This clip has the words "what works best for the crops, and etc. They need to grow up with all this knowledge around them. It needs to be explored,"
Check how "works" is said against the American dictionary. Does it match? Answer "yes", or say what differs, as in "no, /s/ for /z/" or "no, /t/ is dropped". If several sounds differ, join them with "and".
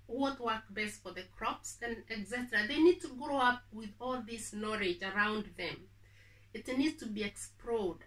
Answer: no, /s/ is dropped